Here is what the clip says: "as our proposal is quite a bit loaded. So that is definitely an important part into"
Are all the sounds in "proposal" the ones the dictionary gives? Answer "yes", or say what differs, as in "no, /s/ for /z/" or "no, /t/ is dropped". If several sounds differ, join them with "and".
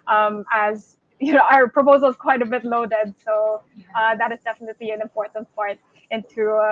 yes